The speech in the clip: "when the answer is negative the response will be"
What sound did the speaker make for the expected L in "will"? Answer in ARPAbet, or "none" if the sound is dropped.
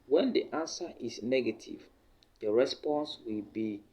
L